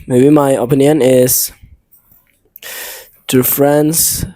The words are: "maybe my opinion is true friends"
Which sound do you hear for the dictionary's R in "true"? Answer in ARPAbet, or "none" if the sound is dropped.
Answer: none